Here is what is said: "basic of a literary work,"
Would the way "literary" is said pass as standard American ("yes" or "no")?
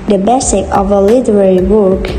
yes